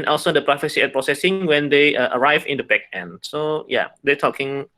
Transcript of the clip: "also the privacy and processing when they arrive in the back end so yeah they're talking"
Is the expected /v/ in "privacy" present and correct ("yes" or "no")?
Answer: no